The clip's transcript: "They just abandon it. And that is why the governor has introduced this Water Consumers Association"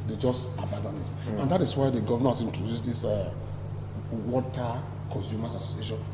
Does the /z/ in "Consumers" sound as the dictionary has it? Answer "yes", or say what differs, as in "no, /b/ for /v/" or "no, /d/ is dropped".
no, /s/ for /z/